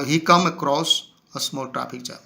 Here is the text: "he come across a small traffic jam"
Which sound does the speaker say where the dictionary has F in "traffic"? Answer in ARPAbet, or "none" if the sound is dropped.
P